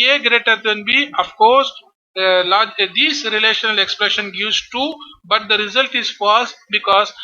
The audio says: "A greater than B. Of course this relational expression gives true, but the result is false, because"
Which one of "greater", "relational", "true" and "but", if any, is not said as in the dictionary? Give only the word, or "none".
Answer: true